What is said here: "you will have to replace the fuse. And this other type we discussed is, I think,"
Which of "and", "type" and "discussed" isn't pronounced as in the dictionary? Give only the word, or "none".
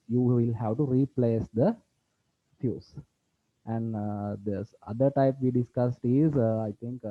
none